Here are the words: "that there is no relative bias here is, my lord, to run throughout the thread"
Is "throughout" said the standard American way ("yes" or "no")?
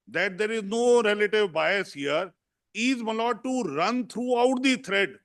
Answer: no